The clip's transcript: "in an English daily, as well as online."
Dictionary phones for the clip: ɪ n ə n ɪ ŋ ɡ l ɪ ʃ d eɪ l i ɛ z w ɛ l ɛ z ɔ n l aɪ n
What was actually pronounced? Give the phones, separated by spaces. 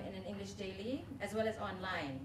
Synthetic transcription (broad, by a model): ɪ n ə n ɪ ŋ ɡ l ɪ ʃ d eɪ l i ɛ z w ɛ l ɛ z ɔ n l aɪ n